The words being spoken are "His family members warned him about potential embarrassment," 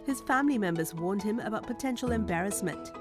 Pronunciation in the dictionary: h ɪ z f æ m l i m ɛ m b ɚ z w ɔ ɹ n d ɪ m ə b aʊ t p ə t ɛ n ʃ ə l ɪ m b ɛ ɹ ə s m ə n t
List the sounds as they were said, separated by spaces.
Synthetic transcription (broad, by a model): h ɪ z f æ m l i m ɛ m b ɚ z w ɔ ɹ n d ɪ m ə b aʊ t p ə t ɛ n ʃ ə l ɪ m b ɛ ɹ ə s m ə n t